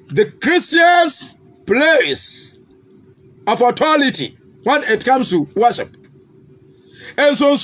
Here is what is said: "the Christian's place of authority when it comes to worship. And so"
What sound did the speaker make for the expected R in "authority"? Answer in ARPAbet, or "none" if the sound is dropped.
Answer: L